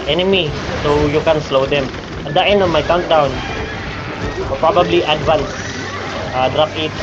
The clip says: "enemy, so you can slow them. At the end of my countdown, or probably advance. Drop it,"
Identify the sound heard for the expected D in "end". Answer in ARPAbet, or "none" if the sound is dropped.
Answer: none